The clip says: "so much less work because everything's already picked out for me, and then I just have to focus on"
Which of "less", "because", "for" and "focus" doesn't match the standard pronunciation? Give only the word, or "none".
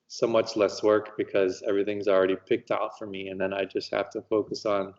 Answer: none